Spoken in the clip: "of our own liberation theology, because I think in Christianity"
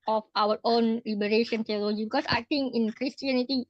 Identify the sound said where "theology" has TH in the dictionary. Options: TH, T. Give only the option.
T